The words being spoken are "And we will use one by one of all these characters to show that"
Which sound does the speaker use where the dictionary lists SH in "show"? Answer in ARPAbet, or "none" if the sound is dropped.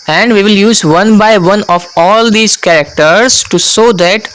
S